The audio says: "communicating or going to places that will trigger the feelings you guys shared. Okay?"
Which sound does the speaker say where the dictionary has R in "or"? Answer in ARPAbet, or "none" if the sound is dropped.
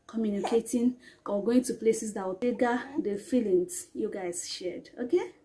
W